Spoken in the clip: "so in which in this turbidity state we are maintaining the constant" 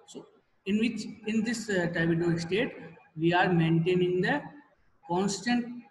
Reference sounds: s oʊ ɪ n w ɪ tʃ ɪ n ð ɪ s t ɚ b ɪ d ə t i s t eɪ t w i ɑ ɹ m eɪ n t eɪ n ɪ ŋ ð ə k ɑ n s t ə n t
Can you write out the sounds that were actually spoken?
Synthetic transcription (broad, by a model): s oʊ ɪ n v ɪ tʃ ɪ n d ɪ s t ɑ ɪ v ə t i s t eɪ t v i ɑ ɹ m eɪ n t eɪ n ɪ ŋ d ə k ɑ n s t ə n t